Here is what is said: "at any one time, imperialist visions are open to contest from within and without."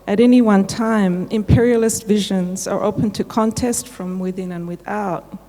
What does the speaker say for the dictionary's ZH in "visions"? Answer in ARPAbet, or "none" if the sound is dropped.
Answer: ZH